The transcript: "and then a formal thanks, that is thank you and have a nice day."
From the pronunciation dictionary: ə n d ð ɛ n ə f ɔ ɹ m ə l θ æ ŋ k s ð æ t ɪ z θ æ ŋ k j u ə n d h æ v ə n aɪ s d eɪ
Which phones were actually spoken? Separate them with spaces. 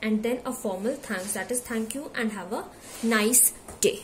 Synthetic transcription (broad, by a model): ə n d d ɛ n ə f ɔ ɹ m ə l t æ ŋ k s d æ t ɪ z t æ ŋ k j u ə n d h æ v ə n aɪ s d eɪ